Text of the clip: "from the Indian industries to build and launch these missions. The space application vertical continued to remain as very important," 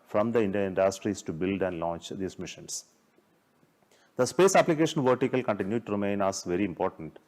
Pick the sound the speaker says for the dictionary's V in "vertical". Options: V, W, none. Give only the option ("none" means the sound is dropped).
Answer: V